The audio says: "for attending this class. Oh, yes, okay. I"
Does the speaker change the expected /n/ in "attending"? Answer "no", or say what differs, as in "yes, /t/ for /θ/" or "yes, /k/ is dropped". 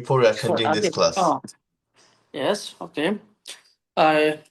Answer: yes, /n/ is dropped